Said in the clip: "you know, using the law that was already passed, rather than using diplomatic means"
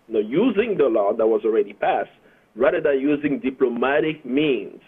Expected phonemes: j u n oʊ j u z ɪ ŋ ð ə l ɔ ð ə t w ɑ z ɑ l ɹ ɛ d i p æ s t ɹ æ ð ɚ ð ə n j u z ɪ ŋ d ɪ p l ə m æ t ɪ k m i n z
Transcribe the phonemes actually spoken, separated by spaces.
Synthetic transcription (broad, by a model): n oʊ j u z ɪ ŋ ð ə l ɔ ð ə t w ɑ z ɑ l ɹ ɛ d i p æ s t ɹ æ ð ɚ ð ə n j u z ɪ ŋ d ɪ p l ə m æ t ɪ k m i n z